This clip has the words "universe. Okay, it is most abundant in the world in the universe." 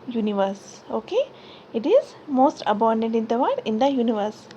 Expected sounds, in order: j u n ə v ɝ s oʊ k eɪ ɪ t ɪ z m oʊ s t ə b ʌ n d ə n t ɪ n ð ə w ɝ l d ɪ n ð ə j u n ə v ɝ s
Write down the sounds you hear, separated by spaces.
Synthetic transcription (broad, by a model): j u n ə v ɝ s oʊ k eɪ ɪ t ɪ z m oʊ s t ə b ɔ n d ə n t ɪ n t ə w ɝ d ɪ n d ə j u n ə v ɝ s